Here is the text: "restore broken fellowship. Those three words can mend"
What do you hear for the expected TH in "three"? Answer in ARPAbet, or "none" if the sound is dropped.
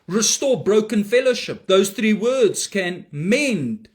TH